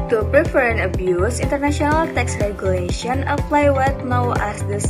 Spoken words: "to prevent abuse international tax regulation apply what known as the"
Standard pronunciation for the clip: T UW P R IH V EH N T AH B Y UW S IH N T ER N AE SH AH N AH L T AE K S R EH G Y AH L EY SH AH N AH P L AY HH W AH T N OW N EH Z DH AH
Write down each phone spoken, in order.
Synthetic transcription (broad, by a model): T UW P R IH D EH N AH B Y UW S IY N T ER N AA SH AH N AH L T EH K S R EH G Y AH L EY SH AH N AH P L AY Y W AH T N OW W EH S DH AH